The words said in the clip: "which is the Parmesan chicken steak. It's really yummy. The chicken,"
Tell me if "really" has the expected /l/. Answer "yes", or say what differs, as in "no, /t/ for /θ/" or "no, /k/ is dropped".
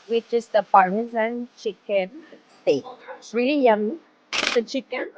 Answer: yes